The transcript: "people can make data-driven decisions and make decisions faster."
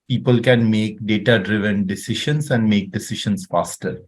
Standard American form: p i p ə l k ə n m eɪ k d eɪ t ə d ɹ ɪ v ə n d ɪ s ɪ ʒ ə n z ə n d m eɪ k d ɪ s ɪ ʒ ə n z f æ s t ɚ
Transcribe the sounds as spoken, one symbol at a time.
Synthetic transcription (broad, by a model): p i p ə l k ə n m eɪ k d eɪ t ə d ɹ ɪ v ə n d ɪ s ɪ ʃ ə n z ə n d m eɪ k d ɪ s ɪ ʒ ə n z f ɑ s t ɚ